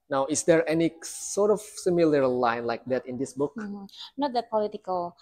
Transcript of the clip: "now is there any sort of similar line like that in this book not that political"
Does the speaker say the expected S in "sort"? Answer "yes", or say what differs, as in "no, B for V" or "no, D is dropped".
yes